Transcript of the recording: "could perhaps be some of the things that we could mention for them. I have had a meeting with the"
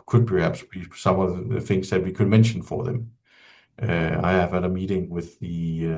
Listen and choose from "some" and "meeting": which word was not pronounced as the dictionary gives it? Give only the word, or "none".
none